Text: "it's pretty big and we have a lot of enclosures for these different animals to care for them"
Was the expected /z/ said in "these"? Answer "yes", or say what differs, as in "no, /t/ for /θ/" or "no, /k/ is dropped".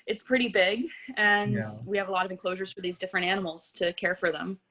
yes